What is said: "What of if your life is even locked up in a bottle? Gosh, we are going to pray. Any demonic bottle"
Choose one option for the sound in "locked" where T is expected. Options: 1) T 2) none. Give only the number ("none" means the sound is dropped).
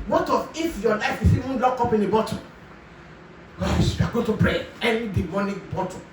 2